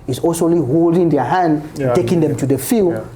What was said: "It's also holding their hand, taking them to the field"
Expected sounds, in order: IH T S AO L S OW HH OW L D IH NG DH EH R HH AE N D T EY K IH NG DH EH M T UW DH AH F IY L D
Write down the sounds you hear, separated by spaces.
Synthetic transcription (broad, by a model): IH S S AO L IY HH OW L D IH NG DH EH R HH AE N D T EY K IH NG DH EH M T UW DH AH F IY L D